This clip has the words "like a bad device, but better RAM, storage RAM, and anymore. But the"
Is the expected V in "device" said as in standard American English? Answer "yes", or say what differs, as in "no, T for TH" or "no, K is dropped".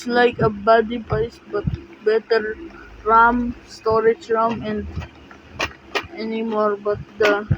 no, P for V